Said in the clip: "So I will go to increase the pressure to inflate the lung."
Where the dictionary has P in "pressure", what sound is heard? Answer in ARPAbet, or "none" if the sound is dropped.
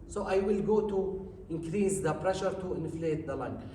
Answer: P